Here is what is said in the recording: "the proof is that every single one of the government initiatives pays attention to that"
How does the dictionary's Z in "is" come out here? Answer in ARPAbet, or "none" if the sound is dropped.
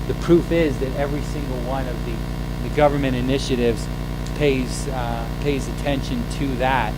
Z